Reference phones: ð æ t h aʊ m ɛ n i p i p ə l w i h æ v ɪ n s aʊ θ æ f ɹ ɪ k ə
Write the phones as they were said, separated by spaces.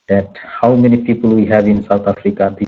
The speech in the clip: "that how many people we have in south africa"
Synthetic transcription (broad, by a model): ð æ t h aʊ m ɛ n i p i p ə l w i h æ v ɪ n s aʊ t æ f ɹ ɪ k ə